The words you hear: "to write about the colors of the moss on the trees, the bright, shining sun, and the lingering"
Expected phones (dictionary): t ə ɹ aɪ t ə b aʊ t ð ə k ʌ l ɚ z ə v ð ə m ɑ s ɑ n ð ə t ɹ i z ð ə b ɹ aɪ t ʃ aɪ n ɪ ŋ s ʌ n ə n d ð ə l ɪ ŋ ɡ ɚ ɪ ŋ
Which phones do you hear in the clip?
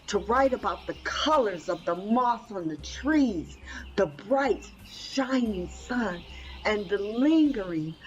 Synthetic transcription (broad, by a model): t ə ɹ aɪ t ə b aʊ t ð ə k ʌ l ɚ z ə v ð ə m ɑ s n ð ə t ɹ i z ð ə b ɹ aɪ t ʃ aɪ n ɪ ŋ s ʌ n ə n ð ə l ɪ ŋ ɡ ɚ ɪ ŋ